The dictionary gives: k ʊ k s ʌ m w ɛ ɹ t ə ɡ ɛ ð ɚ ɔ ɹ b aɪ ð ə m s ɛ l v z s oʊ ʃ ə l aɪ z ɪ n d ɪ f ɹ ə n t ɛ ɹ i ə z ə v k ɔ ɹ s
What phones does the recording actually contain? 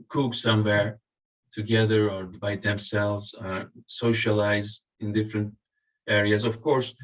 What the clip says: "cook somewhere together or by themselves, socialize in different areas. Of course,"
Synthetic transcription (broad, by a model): k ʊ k s ʌ m w ɛ ɹ t ə ɡ ɛ ð ɚ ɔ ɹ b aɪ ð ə m s ɛ l v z s oʊ ʃ ə l aɪ z ɪ n d ɪ f ɹ ə n t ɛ ɹ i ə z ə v k ɔ ɹ s